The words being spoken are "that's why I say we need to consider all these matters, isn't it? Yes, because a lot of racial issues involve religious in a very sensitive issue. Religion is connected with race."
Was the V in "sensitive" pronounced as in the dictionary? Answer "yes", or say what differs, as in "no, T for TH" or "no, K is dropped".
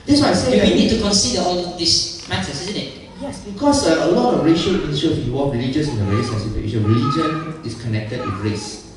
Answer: no, V is dropped